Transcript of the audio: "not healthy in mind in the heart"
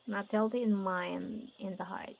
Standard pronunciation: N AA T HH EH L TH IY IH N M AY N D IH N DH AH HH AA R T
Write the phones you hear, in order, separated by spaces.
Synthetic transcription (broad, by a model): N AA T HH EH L T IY IH N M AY N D IH N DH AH HH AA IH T